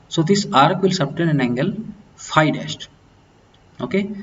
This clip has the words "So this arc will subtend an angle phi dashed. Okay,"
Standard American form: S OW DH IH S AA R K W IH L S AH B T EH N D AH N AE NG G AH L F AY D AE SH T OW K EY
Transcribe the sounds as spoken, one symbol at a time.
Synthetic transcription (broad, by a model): S OW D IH S AA R K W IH L S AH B T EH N AH N AE NG G AH L F AY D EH S T OW K EY